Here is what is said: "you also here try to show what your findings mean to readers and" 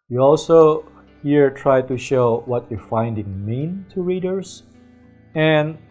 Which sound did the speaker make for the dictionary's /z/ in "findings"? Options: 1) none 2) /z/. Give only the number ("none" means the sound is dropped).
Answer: 1